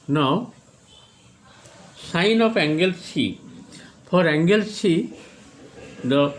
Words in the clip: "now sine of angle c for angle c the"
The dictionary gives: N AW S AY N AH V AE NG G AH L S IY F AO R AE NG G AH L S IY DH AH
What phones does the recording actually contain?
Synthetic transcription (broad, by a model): N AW S AY N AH P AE NG G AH L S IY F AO R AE NG G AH L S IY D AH